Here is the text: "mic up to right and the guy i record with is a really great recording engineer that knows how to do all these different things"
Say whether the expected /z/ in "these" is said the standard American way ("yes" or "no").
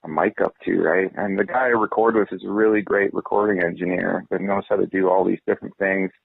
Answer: yes